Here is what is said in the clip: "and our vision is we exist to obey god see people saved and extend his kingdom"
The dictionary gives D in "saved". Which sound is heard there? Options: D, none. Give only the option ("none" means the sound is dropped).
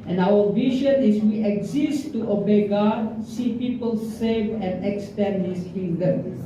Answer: none